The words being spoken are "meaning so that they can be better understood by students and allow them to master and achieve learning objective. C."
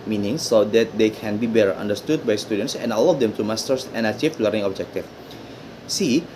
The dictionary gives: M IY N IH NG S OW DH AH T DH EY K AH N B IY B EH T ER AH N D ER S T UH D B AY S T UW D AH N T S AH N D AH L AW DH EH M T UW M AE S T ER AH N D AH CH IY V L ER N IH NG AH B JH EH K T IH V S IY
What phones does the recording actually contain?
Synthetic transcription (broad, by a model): M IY N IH NG S OW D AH T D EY K AH N B IY B EH T ER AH N D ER S T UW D B AY S T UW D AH N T S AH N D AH L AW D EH M T UW M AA S T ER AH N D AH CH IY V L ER IH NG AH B JH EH K T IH F S IY